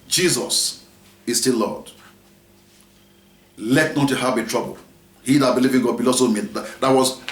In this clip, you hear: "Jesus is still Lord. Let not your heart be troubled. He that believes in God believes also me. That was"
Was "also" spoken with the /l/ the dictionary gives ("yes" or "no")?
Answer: no